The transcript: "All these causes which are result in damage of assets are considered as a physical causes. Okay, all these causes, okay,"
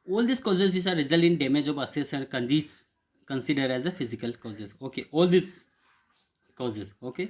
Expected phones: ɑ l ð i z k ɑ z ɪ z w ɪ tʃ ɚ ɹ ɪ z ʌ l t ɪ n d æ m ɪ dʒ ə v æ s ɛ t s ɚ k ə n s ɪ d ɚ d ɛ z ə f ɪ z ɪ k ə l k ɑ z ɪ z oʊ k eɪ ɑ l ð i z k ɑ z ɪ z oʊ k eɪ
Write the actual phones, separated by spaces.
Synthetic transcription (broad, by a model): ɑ l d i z k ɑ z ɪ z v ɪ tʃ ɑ ɹ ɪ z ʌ l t ɪ n d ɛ m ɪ dʒ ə b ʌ s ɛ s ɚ k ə n s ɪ d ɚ d ɛ z ə f ɪ z ɪ k ə l k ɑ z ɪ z oʊ k eɪ ɑ l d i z k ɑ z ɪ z oʊ k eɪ